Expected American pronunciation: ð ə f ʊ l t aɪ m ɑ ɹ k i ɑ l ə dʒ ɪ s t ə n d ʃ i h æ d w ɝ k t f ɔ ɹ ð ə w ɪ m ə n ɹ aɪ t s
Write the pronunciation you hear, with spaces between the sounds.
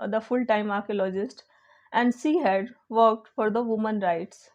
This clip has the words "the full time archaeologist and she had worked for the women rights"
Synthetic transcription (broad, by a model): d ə f ʊ l t aɪ m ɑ ɹ k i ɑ l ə dʒ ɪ s t ə n d s i h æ d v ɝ k t f ɔ ɹ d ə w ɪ m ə n ɹ aɪ t s